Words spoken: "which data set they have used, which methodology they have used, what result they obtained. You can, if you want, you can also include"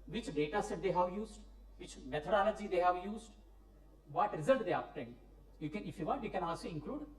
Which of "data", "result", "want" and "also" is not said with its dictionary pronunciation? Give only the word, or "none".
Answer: want